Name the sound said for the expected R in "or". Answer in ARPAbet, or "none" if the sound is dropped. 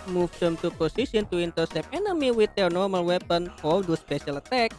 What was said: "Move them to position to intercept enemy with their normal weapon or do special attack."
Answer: L